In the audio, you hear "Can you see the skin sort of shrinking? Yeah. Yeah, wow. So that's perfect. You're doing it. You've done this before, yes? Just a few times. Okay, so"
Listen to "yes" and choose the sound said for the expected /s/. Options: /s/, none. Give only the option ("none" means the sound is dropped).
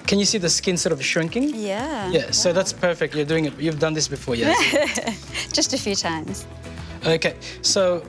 none